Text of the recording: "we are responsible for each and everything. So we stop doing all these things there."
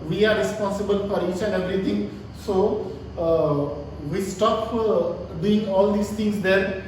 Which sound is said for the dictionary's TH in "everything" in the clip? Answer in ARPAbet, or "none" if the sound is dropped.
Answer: T